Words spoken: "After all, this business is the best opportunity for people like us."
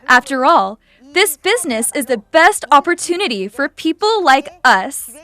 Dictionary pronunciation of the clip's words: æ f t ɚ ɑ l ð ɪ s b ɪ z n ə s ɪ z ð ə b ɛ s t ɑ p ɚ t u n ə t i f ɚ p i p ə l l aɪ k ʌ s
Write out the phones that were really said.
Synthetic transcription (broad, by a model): æ f t ɚ ɑ l ð ɪ s b ɪ z n ə s ɪ z ð ə b ɛ s t ɑ p ɚ t u n ə t i f ɚ p i p l l aɪ k ʌ s